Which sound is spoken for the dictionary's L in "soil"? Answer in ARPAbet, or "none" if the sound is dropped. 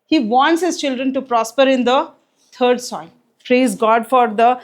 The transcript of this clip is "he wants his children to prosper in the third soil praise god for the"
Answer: N